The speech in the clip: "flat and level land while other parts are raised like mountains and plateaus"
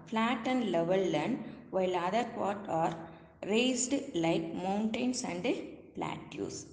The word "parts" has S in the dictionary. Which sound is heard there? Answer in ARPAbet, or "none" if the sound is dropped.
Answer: none